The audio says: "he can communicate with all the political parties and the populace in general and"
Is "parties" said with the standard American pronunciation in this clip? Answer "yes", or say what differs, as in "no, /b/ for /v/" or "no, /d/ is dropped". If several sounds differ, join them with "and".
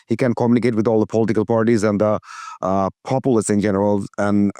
yes